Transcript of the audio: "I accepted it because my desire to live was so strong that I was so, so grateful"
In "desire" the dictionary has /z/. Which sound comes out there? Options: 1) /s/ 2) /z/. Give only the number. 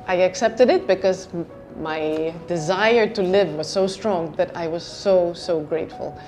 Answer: 2